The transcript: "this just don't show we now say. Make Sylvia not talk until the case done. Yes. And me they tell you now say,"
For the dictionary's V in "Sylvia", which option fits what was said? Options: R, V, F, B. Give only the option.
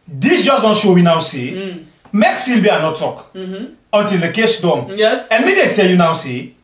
B